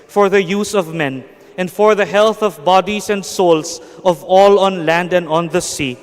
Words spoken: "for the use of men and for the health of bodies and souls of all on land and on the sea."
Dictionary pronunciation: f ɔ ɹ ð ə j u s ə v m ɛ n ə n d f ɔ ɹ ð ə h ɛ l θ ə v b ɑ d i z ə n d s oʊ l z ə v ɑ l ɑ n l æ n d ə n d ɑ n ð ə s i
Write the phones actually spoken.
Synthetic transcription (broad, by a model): f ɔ ɹ ð ə j u s ə v m ɛ n ə n d f ɔ ɹ ð ə h ɛ l θ ə v b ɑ d i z ə n d s oʊ l s ə v ɑ l ɑ n l æ n d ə n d ɑ n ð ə s i